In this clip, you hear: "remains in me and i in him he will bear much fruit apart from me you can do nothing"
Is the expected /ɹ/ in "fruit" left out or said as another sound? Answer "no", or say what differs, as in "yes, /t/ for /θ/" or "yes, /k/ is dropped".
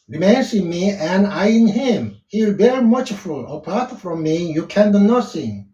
yes, /ɹ/ is dropped